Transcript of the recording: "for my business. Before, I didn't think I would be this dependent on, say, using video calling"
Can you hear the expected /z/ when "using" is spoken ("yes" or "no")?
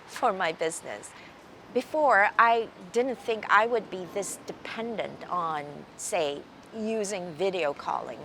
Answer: yes